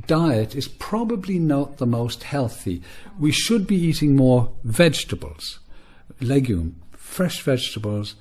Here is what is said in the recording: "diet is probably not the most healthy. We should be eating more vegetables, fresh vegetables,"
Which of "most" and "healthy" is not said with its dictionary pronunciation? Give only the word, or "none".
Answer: none